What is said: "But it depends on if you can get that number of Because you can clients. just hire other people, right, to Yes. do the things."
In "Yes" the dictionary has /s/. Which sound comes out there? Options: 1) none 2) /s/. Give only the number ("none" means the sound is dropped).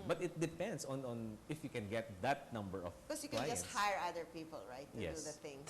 1